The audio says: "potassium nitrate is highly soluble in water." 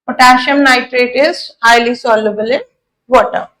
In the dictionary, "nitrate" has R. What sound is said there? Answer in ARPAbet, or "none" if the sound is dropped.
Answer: R